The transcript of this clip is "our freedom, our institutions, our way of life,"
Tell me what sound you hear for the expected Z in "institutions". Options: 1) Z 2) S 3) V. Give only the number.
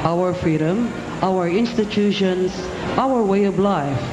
2